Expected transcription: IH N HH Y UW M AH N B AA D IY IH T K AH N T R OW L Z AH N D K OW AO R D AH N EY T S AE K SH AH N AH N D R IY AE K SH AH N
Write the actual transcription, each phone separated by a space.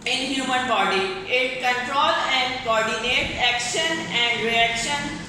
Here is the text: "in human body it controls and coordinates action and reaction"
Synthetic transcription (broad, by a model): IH N HH Y UW M AH N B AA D IY IH T K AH N T R OW L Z AH N D K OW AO R D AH N EY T AE K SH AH N AH N D R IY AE K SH AH N